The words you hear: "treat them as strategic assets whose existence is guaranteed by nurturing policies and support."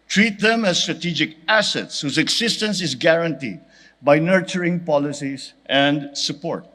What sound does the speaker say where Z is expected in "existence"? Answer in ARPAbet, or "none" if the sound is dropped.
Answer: S